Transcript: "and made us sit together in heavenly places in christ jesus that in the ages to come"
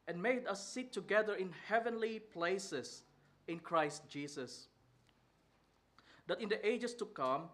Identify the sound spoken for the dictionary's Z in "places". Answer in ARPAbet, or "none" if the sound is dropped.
S